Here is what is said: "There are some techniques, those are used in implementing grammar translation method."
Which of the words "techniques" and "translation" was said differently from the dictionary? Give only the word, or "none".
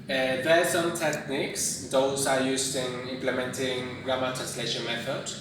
none